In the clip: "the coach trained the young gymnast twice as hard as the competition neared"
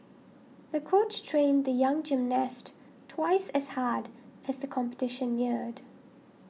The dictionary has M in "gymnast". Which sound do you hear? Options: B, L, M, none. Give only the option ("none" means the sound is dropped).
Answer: M